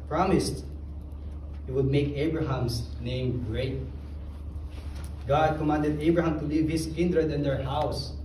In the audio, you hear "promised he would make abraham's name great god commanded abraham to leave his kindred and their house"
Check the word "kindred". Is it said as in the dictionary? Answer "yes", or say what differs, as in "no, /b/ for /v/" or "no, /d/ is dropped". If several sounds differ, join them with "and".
yes